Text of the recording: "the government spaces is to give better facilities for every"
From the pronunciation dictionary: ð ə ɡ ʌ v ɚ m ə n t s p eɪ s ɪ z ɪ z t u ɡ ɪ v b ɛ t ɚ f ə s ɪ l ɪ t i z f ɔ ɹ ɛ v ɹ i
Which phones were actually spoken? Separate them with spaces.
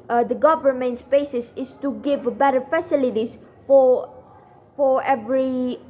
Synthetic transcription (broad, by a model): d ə ɡ ʌ v ɚ m ə n t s b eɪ s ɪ s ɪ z t u ɡ ɪ v b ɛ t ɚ f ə s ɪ l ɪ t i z f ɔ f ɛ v ɹ i